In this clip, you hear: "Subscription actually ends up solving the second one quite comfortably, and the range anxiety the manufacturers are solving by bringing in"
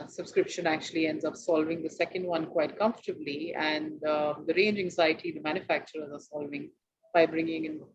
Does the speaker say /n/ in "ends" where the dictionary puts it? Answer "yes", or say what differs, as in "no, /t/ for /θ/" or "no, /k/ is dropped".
yes